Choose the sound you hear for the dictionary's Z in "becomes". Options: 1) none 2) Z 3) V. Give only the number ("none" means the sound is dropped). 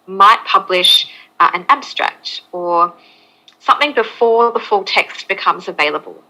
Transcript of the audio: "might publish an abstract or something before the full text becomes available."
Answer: 2